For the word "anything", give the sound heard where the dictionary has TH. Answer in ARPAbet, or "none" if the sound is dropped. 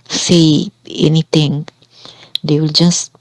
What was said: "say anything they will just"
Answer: T